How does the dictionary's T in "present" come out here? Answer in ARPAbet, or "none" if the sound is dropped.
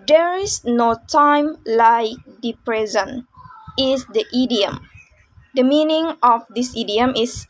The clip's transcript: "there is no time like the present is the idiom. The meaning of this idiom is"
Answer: none